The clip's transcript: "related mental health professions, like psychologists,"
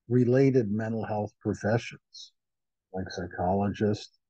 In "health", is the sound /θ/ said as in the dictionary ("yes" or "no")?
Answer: yes